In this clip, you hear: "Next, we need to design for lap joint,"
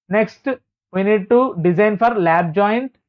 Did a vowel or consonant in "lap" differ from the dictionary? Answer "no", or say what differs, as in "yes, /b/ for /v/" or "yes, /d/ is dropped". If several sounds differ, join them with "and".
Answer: yes, /b/ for /p/